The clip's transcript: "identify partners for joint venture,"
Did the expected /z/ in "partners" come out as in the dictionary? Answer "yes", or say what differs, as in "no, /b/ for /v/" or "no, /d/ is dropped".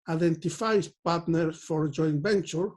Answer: no, /z/ is dropped